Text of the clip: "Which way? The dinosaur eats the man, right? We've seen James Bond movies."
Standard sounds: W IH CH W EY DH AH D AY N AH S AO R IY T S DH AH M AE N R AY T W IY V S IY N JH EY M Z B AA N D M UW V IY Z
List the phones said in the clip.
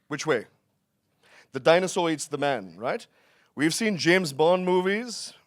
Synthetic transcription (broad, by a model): W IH CH W EY DH AH D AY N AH S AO IY T S DH AH M AE N R AY T W IY V S IY N JH EY M Z B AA N M UW V IY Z